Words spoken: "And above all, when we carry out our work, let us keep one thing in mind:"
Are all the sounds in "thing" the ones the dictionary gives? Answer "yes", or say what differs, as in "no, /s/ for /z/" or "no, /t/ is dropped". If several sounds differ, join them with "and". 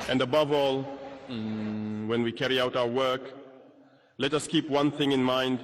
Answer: yes